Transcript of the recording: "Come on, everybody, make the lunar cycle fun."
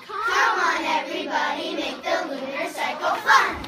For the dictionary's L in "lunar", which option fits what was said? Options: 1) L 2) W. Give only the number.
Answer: 2